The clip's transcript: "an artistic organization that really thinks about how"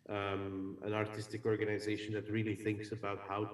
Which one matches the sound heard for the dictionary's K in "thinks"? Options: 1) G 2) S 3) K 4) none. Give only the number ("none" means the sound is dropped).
3